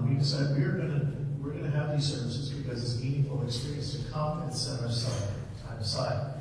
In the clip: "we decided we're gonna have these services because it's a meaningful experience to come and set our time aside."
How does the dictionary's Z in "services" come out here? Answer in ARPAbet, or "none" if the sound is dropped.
Z